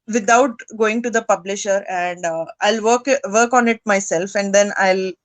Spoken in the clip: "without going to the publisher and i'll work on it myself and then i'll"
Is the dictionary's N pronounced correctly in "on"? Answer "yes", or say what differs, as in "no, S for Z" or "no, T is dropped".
yes